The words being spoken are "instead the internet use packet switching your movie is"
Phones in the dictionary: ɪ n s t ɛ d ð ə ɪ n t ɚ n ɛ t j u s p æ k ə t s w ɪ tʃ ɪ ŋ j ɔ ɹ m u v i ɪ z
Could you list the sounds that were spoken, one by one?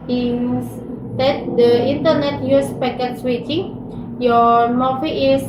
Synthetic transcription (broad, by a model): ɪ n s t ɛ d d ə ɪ n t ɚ n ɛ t j u s p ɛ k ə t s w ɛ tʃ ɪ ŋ j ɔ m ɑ f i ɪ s